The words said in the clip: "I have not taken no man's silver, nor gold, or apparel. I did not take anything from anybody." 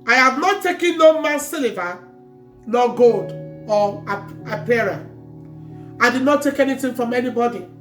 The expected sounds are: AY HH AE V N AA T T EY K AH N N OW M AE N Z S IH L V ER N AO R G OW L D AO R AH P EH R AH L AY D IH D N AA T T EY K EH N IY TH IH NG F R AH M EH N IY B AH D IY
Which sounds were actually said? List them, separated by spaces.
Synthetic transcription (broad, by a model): AY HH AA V N AA T T EY K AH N N OW M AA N S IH L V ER N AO G OW L D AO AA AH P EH R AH AY D IH D N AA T T EY K EH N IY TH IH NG F R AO M EH N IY B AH D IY